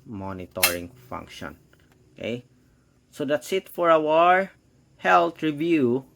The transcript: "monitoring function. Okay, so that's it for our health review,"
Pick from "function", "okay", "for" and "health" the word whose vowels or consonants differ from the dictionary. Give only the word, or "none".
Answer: health